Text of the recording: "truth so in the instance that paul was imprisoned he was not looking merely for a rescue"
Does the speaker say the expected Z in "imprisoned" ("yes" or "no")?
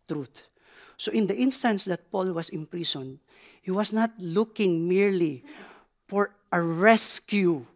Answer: no